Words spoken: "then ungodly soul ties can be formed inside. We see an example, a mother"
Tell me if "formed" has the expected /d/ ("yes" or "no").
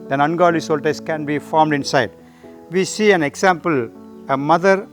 yes